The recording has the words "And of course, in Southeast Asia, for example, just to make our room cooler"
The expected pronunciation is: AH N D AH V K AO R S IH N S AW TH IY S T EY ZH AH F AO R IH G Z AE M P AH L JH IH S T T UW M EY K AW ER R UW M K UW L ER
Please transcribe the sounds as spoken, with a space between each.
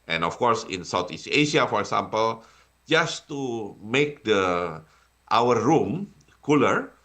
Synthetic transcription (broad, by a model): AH N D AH F K AO R S IH N S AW T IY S EY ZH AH F AO R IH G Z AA M P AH L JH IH S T T UW M EY K AW ER R UW M K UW L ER